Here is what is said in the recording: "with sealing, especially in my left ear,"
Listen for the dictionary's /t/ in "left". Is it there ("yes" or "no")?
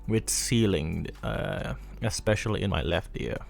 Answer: yes